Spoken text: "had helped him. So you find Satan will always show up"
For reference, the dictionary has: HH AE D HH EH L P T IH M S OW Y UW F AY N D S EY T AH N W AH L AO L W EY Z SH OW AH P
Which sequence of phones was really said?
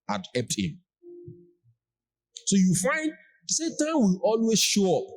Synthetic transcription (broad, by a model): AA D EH P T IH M S OW Y UW F AY N D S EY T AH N W AH L AO L W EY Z SH OW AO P